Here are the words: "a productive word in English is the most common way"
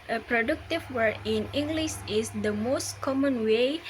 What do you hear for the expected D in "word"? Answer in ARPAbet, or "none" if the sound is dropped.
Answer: none